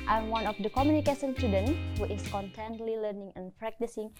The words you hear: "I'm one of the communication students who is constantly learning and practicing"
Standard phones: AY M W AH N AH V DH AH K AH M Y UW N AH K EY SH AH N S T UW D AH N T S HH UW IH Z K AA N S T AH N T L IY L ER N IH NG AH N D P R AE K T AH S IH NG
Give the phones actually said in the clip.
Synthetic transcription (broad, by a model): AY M W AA N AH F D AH K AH M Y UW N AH K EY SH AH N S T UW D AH N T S HH UW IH S K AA N T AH N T L IY L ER N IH NG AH N P R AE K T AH S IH NG